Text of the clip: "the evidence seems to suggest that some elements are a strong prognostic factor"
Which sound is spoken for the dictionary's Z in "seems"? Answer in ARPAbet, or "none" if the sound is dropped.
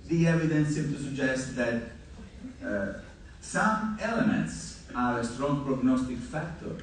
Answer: none